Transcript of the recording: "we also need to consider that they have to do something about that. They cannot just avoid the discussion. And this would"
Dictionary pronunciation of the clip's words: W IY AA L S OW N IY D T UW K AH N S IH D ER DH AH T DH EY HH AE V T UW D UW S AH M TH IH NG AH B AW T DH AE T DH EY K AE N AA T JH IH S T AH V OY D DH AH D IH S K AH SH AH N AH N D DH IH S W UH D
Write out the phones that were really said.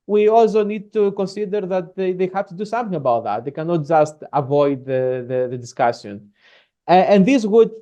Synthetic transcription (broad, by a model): W IY AA L S OW N IY D T UW K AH N S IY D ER DH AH T DH EY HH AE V T UW D UW S AH M TH IH NG AH B AW T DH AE T DH EY K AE N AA T JH IH S T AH V OY D DH AH D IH S K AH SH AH N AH N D DH IH S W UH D